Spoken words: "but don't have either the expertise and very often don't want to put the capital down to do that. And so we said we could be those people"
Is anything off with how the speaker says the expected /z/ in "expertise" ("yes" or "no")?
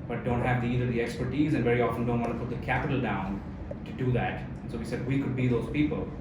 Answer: no